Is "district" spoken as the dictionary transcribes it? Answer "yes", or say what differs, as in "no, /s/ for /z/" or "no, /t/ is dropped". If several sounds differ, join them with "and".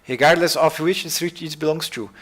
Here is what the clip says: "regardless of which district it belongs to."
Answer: no, /k/ is dropped